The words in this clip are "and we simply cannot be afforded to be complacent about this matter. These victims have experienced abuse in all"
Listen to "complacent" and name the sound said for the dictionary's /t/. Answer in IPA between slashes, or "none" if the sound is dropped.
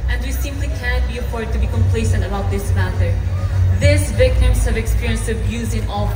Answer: /t/